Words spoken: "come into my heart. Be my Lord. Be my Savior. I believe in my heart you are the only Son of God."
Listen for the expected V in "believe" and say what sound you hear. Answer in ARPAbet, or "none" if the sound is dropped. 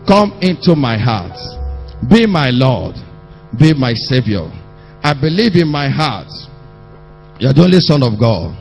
V